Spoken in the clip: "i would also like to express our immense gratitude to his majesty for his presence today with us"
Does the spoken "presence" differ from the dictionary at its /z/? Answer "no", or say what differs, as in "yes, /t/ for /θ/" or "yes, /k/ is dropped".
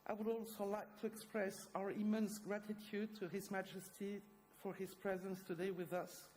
no